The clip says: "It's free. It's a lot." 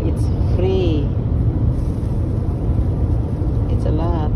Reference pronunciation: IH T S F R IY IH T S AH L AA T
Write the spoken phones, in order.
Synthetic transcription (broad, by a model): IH T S F R IY IH T S AH L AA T